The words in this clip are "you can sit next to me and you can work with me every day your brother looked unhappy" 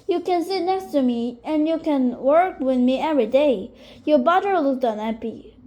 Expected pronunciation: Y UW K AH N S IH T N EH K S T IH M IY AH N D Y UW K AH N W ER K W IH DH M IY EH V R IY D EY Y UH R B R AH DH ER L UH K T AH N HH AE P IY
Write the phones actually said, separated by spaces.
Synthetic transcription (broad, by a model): Y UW K AH N S IH T N EH K S T IH M IY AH N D Y UW K AH N W ER K W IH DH M IY EH V R IY D EY Y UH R B AH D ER L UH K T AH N HH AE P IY